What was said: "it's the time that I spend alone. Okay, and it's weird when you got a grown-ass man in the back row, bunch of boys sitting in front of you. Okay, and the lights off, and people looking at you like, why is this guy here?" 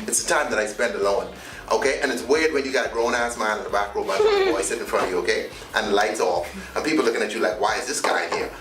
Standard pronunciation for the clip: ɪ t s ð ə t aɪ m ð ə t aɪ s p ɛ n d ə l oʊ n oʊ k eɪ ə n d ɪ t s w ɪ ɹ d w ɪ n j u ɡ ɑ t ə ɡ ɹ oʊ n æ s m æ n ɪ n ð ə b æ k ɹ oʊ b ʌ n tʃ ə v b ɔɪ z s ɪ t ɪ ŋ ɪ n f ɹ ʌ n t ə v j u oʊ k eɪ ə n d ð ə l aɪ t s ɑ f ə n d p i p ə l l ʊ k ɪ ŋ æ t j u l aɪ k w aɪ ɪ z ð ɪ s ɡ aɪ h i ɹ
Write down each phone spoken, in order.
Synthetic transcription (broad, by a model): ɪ t s ð ə t aɪ m ð ə t aɪ s p ɛ n d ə l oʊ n oʊ k eɪ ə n ɪ t s w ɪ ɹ d w ɪ n j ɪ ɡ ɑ ə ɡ ɹ oʊ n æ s m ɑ ɪ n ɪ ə b æ k ɹ oʊ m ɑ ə f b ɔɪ s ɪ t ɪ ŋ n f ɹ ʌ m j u oʊ k eɪ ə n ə l aɪ t s ɑ f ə n p i p l l ʊ k ɪ ŋ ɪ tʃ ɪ l aɪ k w aɪ ɪ z ð ɪ s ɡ aɪ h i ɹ